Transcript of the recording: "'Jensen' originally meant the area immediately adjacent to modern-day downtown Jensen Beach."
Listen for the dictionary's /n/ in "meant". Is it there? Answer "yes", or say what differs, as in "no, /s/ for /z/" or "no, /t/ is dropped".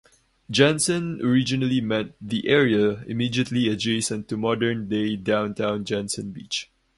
no, /n/ is dropped